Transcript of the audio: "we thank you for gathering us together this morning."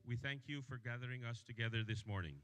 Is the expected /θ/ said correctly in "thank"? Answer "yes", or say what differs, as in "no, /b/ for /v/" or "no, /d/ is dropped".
yes